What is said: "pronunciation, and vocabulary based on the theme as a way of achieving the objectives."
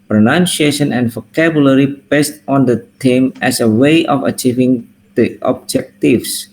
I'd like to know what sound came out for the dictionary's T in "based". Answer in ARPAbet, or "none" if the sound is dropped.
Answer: T